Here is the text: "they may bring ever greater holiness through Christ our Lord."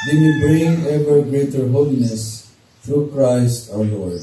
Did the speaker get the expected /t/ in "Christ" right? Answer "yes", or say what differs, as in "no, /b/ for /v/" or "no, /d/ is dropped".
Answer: yes